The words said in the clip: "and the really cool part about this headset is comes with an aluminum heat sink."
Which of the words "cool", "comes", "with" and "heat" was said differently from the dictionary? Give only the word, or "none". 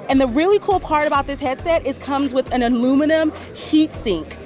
none